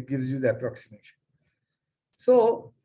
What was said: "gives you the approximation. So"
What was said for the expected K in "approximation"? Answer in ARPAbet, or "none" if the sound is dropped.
K